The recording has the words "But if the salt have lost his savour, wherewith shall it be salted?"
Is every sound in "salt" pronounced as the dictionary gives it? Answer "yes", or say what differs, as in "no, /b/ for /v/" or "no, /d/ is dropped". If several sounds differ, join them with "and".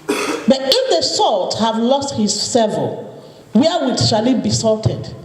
yes